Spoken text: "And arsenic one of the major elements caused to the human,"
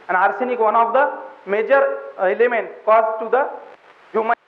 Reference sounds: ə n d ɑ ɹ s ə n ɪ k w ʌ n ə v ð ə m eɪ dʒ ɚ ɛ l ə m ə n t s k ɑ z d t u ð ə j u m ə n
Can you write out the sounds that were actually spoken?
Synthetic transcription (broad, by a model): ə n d ɑ ɹ s ə n ɪ k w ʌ n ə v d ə m eɪ dʒ ɚ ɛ l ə m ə n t k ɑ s t u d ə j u m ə